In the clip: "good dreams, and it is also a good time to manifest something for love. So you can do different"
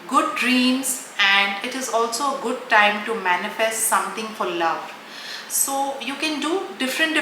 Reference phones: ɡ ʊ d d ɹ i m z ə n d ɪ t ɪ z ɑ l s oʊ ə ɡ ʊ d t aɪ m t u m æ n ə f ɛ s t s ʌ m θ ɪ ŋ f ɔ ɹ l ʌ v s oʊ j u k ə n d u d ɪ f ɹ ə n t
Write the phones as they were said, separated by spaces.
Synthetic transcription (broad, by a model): ɡ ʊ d d ɹ i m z ə n d ɪ t ɪ z ɑ l s oʊ ə ɡ ʊ d t aɪ m t u m æ n ə f ɛ s t s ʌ m t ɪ ŋ f ɔ ɹ l ʌ v s oʊ j u k ə n d u d ɪ f ɹ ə n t